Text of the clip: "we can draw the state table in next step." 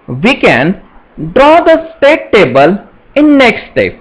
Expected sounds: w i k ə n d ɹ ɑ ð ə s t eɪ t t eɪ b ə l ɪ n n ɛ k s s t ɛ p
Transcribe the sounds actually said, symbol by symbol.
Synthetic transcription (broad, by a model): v i k ə n d ɹ ɑ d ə s t eɪ t t eɪ b ə l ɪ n n ɛ k s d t ɛ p